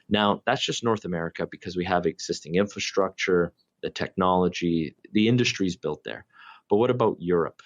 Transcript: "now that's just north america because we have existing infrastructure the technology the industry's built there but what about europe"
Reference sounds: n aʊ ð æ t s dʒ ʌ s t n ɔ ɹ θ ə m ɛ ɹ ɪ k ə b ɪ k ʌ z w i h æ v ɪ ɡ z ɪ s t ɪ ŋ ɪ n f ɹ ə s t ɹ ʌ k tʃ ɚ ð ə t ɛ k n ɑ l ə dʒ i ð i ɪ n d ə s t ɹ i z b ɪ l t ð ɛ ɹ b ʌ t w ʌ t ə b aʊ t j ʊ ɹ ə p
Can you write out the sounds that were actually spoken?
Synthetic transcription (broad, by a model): n aʊ ð æ t s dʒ ʌ s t n ɔ ɹ θ ə m ɛ ɹ ɪ k ə b ɪ k ʌ z w i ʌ v ɪ ɡ z ɪ s t ɪ ŋ ɪ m f ɹ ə s t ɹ ʌ k tʃ ɚ ð ə t ɛ k n ɑ l ə dʒ i ð i ɪ n d ə s t ɹ i z b ɪ l t ð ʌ ɹ b ʌ t w ʌ t ə b aʊ t j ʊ ɹ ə p